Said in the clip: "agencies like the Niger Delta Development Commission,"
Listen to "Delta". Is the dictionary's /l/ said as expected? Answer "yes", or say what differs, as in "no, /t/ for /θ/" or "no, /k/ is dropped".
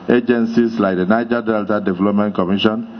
yes